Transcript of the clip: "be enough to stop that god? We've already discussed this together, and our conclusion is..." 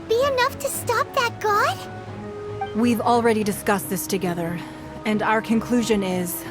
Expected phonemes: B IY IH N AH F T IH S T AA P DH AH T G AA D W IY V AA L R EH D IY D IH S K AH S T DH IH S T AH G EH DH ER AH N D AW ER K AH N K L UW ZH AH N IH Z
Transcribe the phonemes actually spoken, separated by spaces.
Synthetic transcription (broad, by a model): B IY IH N AH F T IH S T AA P DH AH T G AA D W IY V L R EH D IY D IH S K AH S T DH IH S T AH G EH DH ER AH N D AW ER K AH N K L UW ZH AH N IH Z